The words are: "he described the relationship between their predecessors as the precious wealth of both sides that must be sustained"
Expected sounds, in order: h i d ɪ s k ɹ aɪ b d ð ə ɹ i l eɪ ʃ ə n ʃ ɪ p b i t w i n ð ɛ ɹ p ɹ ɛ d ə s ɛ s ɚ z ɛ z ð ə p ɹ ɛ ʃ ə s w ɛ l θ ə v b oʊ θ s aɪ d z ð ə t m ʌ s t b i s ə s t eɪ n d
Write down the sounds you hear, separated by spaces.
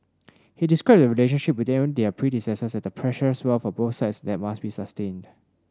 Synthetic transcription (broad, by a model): h i d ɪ s k ɹ aɪ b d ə ɹ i l eɪ ʃ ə n ʃ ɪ p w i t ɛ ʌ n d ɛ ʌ p ɹ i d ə s ɛ s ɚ s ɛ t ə p ɹ ɛ ʃ ə s w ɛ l f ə b oʊ θ s aɪ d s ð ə t m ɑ s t b i s ə s t eɪ n d